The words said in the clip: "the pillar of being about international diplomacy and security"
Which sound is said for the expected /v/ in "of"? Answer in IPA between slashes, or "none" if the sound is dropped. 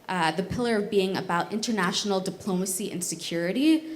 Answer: /v/